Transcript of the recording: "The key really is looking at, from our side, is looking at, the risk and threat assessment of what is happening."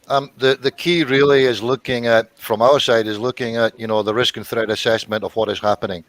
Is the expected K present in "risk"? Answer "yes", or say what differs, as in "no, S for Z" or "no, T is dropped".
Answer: yes